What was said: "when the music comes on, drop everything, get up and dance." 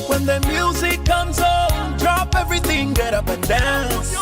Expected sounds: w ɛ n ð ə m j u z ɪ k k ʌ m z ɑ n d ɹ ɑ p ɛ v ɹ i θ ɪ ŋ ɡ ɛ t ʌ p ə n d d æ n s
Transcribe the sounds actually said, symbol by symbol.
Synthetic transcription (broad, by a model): w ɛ n ð ə m j u z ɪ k k ʌ m z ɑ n d ɹ ɑ p ɛ v ɹ i θ ɪ ŋ ɡ ɛ t ʌ p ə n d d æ n s